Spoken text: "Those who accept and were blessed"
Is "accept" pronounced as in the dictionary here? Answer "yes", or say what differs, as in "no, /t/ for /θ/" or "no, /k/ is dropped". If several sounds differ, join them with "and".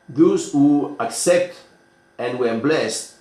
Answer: yes